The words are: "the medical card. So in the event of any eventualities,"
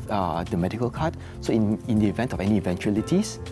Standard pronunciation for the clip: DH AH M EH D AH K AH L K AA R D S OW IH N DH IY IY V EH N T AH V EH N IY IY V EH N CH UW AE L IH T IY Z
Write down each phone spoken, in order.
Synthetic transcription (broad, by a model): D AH M EH D AH K AH L K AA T S OW IH N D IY IY V EH N T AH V EH N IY IY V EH N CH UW L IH T IY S